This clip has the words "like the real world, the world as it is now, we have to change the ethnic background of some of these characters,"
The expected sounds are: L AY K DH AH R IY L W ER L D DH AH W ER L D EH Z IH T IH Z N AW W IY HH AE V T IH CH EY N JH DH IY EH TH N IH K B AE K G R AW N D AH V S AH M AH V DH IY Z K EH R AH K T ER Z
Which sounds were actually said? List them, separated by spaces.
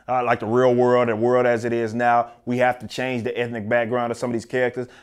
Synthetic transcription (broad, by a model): L AY K DH AH R IY L W ER L D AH W ER L D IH Z IH T IH Z N AW W IY HH AE F T IH CH EY N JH DH IY EH TH N IH K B AE K G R AW N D AH V S AH M AH V DH IY Z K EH R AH K T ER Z